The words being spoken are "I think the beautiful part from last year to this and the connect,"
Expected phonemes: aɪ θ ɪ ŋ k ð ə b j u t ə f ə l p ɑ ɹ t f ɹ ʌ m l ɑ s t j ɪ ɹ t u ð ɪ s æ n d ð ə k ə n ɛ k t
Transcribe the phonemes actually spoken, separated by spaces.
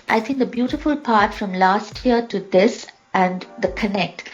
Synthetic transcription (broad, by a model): aɪ t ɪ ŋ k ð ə b j u t ə f ə l p ɑ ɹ t f ɹ ʌ m l ɑ s t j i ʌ t u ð ɪ s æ n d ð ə k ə n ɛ k t